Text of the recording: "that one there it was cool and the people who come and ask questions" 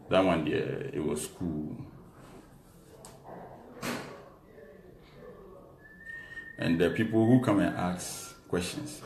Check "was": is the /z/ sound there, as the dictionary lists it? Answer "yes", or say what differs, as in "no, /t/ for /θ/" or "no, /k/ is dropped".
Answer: no, /s/ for /z/